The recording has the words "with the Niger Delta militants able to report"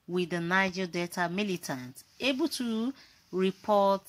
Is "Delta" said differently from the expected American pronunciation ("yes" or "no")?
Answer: yes